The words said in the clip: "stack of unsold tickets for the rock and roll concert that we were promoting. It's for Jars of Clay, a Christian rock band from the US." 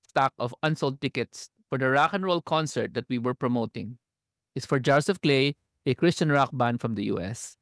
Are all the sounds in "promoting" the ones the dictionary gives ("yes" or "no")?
yes